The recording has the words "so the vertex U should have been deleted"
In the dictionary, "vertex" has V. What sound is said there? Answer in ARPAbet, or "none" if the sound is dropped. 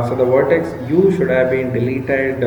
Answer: V